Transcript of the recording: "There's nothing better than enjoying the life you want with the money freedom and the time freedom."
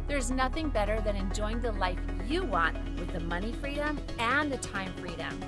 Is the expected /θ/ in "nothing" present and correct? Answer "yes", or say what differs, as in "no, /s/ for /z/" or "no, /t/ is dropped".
yes